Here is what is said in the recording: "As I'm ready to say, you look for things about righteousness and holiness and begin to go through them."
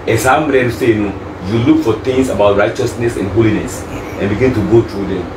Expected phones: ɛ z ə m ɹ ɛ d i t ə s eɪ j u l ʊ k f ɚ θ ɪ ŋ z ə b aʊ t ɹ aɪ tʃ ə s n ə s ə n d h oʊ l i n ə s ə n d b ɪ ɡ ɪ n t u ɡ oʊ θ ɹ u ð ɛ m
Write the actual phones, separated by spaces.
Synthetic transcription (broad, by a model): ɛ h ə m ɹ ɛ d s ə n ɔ j u l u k f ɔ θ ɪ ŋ s ə b aʊ t ɹ aɪ tʃ ə s n ə s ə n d h oʊ l i n ə s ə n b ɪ ɡ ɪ n t u ɡ oʊ t ɹ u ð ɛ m